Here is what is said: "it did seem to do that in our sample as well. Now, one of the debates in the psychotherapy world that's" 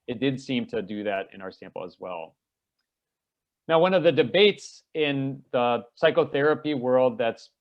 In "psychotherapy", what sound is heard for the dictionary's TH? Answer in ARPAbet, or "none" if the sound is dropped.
TH